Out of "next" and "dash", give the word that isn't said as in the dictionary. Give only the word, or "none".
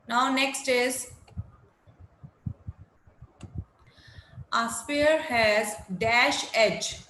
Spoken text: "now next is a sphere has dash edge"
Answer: none